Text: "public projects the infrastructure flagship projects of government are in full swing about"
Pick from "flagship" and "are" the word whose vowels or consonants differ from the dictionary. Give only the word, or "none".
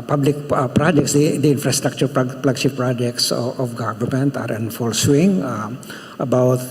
flagship